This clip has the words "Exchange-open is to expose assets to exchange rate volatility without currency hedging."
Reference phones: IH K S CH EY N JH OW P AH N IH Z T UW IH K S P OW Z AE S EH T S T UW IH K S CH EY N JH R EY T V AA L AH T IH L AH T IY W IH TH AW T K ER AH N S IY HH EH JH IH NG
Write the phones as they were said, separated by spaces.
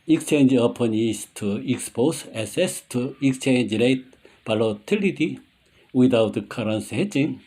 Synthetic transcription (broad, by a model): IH K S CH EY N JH OW P AH N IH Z T UW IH K S P OW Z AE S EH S T UW IH K S CH EY N JH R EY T P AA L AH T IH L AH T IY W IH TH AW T K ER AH N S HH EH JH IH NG